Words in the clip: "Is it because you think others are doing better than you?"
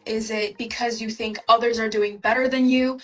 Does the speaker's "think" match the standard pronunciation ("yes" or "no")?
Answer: yes